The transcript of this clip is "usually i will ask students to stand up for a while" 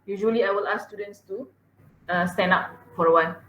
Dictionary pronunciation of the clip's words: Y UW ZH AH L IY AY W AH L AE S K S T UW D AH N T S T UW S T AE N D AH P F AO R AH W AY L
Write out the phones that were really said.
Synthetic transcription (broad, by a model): Y UW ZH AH L IY AY W AH L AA S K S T UW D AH N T S T UW S T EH N AA P F AO R AH W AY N